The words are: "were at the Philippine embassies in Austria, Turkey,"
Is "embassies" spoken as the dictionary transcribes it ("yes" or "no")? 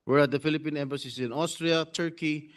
no